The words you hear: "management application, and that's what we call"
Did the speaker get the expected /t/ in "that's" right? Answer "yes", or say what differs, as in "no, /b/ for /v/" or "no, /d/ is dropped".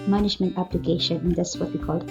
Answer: no, /s/ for /t/